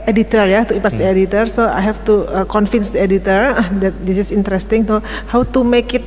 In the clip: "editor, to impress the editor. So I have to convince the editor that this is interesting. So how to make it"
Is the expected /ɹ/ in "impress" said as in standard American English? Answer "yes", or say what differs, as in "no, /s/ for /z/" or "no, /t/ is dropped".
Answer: no, /ɹ/ is dropped